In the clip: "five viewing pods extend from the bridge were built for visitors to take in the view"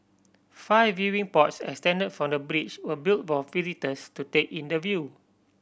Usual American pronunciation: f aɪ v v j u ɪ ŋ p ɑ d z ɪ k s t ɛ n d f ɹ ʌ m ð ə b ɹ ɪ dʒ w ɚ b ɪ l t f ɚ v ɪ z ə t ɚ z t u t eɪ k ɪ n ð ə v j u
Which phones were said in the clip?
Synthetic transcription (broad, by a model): f aɪ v v j u ɪ ŋ p ɑ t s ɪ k s t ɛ n d f ɹ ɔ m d ə b ɹ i tʃ w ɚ b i l t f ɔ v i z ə t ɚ s t u t eɪ k ɪ n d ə v j u